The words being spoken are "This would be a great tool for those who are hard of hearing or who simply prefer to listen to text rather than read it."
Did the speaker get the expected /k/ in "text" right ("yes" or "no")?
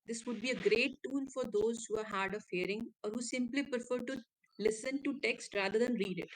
yes